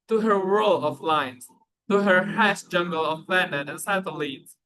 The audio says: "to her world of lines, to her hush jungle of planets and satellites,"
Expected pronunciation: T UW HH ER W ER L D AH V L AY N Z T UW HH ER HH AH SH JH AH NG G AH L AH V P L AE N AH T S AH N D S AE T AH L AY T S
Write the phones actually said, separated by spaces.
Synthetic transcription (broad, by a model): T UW HH ER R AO L AH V L AY N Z T UW HH ER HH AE S JH AH NG G AH L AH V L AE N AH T AH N S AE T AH L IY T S